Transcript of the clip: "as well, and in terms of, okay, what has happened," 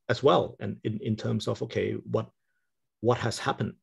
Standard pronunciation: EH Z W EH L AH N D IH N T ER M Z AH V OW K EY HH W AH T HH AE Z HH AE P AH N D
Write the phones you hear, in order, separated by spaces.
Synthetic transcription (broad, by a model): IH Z W EH L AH N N IH N T ER M Z AH V OW K EY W W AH T HH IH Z HH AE P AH N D